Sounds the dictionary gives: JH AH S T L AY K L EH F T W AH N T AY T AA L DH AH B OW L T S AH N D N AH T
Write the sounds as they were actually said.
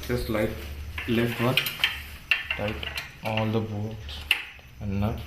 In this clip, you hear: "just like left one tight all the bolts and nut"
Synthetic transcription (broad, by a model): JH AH S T L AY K L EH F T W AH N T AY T AA L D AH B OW T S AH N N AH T